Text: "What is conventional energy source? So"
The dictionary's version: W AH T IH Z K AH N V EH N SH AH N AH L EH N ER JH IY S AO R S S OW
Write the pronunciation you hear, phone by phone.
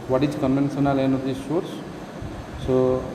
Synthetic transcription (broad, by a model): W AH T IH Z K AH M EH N S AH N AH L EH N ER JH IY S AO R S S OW